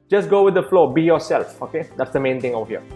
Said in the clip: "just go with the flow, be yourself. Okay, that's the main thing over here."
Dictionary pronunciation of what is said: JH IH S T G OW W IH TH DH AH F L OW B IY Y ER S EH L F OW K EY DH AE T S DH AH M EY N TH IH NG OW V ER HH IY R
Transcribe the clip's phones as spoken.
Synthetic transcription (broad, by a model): JH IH S G OW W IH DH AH F L OW B IY Y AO S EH L F OW K EY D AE T S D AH M EY N T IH NG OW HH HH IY